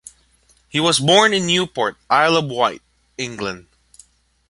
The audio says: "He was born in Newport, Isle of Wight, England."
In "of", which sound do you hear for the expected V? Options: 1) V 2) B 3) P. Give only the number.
2